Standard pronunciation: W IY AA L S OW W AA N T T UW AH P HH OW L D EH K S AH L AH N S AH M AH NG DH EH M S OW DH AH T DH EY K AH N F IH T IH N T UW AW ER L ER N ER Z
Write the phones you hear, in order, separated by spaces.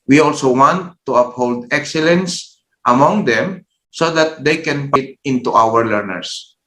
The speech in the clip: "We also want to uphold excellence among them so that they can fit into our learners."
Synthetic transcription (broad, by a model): W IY AA L S OW W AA N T T UW AH P HH OW L D EH K S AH L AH N S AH M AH NG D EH M S OW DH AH T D EY K AH N P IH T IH N T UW AW ER L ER N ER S